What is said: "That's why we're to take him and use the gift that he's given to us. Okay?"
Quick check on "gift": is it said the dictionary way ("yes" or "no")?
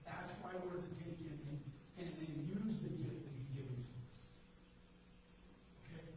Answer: no